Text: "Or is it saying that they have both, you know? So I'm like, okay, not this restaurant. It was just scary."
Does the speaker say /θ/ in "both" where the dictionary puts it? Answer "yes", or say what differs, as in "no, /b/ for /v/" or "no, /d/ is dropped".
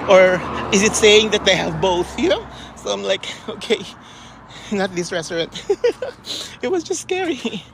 yes